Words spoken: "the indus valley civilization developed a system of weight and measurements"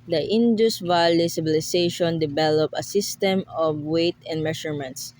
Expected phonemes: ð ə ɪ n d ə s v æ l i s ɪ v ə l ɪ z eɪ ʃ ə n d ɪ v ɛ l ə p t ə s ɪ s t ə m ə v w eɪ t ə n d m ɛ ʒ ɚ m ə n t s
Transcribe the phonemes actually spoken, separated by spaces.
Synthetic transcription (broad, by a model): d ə ɪ n d ə s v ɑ l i s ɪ b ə l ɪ s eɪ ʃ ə n d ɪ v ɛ l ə p ə s ɪ s t ə m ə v w eɪ t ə n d m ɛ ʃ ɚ m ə n t s